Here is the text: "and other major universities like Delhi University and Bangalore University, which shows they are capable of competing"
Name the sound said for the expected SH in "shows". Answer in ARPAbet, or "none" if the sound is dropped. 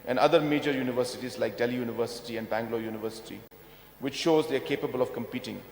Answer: SH